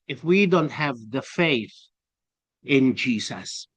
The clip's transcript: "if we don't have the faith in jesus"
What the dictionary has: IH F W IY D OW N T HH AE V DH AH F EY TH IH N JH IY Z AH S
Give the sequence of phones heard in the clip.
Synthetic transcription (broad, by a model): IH F W IY D OW N T HH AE V DH AH F EY TH IH N JH IY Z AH S